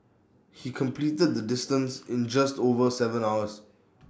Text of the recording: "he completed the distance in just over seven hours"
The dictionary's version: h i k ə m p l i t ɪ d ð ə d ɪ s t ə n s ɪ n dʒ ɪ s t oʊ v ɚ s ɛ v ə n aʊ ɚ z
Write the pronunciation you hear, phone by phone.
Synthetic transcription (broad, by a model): h i k ə m p l i t ɪ d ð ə d ɪ s t ə n s ɪ n dʒ ɪ s t oʊ v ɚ s ɛ v ə n aʊ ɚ s